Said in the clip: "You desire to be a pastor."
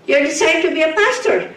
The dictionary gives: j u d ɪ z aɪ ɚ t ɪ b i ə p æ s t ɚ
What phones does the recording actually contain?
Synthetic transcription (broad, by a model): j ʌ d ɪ s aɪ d t ɪ b i ə p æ s t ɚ